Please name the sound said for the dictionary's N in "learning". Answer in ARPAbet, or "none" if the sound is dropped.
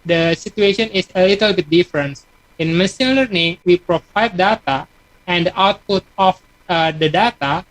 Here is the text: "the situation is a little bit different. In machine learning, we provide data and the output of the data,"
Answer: N